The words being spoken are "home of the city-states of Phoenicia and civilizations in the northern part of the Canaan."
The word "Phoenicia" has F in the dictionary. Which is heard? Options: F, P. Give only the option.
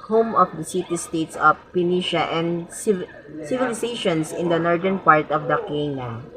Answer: P